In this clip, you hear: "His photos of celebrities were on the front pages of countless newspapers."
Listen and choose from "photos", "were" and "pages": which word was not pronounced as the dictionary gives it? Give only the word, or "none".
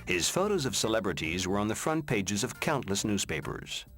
none